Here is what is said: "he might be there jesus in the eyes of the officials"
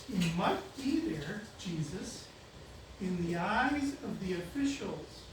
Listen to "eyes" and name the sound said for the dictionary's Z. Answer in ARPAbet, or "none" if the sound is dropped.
Z